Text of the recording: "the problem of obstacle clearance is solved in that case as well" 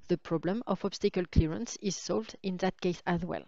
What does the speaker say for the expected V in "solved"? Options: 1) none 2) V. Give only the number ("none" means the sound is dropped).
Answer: 2